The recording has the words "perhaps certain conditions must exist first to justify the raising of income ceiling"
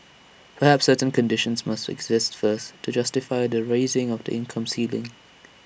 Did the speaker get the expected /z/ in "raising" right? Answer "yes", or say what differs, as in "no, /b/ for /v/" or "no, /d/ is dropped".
yes